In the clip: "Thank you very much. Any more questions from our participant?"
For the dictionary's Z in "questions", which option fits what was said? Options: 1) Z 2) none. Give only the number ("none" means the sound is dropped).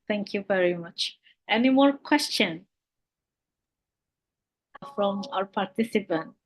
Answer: 2